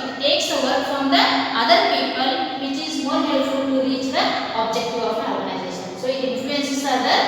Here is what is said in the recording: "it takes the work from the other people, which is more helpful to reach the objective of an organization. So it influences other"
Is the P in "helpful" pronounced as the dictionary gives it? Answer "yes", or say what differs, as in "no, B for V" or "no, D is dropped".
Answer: no, P is dropped